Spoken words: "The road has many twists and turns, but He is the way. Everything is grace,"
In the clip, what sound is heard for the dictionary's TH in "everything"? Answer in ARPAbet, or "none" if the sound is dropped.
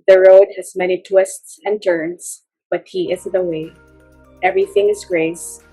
TH